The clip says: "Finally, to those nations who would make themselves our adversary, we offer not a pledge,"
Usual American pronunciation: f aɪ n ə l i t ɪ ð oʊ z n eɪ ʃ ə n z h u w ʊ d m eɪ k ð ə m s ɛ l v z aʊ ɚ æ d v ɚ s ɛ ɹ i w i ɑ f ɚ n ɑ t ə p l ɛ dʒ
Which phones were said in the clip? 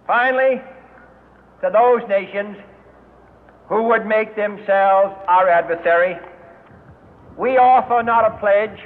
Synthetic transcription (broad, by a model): f aɪ n l i t ɪ ð oʊ z n eɪ ʃ ə n z h u w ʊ d m eɪ k ð ə m s ɛ l v z aʊ ɚ æ d v ɚ s ɛ ɹ i w i ɑ f ɚ n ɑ t ə p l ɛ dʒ